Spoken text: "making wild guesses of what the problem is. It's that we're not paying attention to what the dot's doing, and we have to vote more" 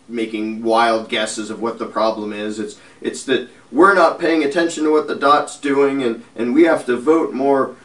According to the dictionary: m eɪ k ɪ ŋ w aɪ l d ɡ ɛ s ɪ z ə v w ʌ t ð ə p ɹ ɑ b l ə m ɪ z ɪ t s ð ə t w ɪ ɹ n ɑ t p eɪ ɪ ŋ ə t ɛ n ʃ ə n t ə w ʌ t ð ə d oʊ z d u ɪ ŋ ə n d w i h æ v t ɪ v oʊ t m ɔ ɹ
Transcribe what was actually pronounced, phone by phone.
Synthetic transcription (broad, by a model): m eɪ k ɪ ŋ w aɪ l d ɡ ɛ s ɪ z ə v w ʌ t ð ə p ɹ ɑ b l ə m ɪ z ɪ t s ð ə t w ɪ ɹ n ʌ t p eɪ ɪ ŋ ə t ɛ n ʃ ə n t ə w ʌ t ð ə d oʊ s d u ɪ ŋ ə n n w i h æ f t ɪ v oʊ t m ɔ ɹ